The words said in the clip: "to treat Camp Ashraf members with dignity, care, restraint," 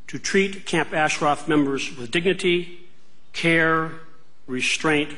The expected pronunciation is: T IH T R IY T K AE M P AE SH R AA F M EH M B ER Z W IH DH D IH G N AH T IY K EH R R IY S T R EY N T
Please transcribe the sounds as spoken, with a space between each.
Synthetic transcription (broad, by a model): T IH T R IY T K AE M P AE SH R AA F M EH M B ER Z W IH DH D IH G N AH T IY K EH R R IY S T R EY N T